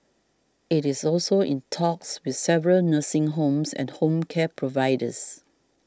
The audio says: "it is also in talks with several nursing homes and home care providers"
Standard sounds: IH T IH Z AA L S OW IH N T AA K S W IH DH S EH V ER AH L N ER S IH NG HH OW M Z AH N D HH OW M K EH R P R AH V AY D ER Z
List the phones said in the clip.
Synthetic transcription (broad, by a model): IH T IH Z AA L S OW IH N T AA K S W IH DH S EH V ER AH L N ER S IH NG HH OW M S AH N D HH OW M K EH P R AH V AY D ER S